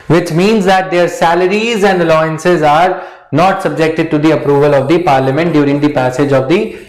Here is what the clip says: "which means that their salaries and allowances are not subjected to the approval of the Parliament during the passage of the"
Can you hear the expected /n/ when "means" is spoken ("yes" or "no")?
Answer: yes